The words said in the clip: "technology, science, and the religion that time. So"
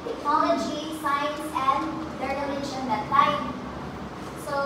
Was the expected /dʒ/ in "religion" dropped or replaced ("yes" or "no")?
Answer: yes